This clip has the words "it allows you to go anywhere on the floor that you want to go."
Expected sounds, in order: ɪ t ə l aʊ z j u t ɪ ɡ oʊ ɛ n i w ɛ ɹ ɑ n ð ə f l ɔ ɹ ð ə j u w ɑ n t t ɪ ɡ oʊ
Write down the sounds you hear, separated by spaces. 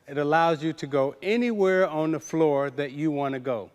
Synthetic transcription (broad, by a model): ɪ t ə l aʊ z j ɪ t ɪ ɡ oʊ ɛ n i w ɛ ɹ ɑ n ð ə f l ɔ ɹ ð ə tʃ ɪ w ɑ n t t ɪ ɡ oʊ